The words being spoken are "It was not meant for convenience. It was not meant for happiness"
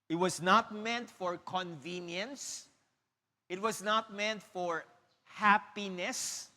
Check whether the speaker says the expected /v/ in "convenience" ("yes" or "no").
yes